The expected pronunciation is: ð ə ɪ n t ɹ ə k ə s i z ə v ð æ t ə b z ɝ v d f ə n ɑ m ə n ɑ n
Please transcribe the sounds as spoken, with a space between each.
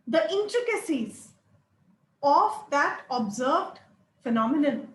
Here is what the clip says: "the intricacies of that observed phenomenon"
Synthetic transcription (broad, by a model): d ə ɪ n t ɹ ə k ə s i z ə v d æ t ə b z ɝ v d f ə n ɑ m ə n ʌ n